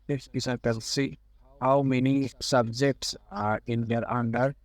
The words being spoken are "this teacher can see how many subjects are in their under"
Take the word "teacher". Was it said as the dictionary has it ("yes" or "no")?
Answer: no